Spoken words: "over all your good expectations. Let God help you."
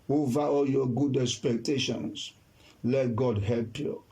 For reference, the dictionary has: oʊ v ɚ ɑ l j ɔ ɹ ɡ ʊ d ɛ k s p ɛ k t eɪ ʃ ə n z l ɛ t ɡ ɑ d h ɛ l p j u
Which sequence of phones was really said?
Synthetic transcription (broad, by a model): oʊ v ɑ ɑ l j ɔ ɡ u d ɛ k s p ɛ k t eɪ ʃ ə n s l ɛ t ɡ ɑ d h ɛ l p j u